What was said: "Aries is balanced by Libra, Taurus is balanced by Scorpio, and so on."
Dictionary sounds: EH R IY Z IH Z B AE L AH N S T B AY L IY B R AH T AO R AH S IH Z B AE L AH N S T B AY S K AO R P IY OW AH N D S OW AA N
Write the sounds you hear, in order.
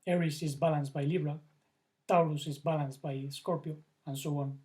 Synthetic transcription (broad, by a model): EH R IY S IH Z B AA L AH N S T B AY L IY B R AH T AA L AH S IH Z B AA L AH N S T B AY S K AO R P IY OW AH N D S OW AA N